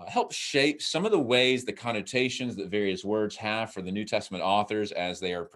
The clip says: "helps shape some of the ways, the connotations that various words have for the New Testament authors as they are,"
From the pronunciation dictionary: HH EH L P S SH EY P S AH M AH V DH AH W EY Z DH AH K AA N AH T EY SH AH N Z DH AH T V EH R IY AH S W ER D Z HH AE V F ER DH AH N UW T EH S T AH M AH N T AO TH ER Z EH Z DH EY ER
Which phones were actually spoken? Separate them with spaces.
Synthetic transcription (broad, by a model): HH EH L P SH EY P S AH M AH V DH AH W EY Z DH AH K AA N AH T EY SH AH N Z DH AH T V EH R IY AH S W ER D Z HH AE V F ER DH AH N UW T EH S T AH M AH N T AO TH ER Z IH Z DH EY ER